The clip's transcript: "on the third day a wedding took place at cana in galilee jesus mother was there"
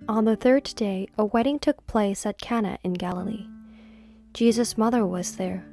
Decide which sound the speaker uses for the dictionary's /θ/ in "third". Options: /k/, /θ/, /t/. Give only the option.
/θ/